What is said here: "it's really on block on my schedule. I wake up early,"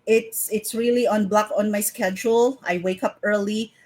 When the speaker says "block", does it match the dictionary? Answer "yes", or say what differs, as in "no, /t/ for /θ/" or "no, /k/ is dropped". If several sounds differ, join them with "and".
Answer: yes